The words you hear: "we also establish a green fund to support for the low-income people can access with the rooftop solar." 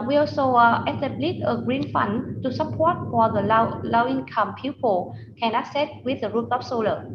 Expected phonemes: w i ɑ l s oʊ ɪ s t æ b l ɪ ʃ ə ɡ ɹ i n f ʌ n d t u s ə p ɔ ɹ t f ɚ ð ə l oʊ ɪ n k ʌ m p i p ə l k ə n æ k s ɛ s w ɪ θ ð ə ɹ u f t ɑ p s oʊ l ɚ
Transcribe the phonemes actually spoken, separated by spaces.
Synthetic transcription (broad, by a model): w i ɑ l s oʊ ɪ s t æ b l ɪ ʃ ə ɡ ɹ i n f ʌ n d t u s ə p ɔ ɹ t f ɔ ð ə l oʊ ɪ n k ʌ m p i p ə l k ə n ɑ s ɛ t w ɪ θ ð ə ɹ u t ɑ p s oʊ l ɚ